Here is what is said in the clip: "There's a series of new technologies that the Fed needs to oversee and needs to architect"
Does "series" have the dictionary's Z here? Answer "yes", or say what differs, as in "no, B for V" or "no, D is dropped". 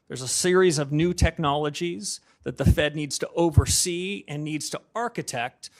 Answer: yes